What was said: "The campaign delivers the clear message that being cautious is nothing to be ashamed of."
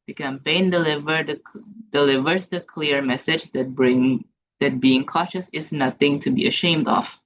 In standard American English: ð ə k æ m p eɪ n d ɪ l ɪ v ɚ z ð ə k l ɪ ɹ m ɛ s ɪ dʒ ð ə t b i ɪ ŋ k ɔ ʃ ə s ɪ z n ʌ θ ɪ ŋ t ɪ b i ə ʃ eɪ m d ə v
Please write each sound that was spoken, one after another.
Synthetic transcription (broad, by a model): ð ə k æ m p eɪ n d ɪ l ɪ v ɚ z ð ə k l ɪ ɹ m ɛ s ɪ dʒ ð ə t b i ɪ ŋ k ɔ ʃ ə s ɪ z n ʌ θ ɪ ŋ t ɪ b i ə ʃ eɪ m d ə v